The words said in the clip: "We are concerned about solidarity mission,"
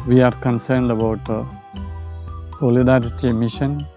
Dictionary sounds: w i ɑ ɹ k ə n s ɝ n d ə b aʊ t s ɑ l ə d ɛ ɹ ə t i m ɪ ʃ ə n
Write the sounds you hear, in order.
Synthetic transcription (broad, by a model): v i ɑ ɹ k ə n s ɝ n d ə b aʊ t s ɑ l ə d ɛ ɹ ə t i m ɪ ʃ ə n